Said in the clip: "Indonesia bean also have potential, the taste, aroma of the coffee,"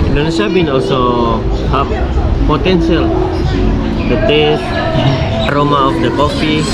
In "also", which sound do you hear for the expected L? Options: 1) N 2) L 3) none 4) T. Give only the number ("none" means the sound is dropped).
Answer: 2